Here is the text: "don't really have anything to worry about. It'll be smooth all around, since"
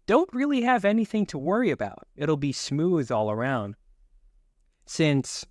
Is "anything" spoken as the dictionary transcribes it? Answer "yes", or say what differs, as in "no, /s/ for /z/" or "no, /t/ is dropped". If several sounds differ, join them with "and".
yes